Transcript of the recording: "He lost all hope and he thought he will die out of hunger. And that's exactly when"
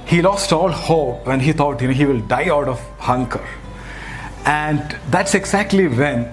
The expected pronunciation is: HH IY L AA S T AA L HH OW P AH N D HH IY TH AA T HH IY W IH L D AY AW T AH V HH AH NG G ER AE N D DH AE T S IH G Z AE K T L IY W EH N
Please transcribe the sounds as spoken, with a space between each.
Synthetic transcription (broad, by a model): HH IY L AA S T AA L HH OW P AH N HH IY T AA T HH IY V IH L D AY AW T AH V HH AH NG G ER AE N D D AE T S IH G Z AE K T L IY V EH N